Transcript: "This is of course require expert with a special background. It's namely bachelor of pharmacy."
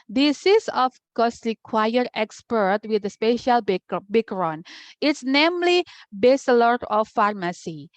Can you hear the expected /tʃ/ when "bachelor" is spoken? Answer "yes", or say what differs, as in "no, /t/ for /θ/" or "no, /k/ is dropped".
no, /s/ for /tʃ/